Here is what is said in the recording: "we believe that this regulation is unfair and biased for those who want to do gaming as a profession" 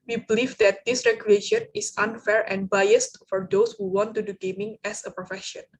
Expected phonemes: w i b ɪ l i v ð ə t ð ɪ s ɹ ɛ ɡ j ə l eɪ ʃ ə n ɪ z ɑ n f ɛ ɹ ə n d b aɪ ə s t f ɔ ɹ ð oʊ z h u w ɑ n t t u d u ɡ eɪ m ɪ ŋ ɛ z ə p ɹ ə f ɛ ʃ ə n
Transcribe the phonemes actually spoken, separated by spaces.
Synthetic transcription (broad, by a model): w i b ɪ l i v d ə t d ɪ s ɹ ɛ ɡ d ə eɪ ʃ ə n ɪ s ɑ n f ɛ ɹ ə n b aɪ ə s t f ɔ ɹ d oʊ s h u w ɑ n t t u d u ɡ eɪ m ɪ ŋ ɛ s ə p ɹ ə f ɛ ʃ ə n